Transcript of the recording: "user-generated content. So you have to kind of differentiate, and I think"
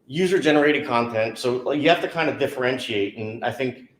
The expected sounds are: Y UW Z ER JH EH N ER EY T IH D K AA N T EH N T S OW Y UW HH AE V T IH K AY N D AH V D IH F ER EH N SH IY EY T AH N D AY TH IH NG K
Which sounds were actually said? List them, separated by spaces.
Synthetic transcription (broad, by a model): Y UW Z ER JH EH N ER EY T IH D K AA N T EH N T S OW Y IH HH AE F T IH K AY N D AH D IH F ER EH N SH IY EY T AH N AY TH IH NG K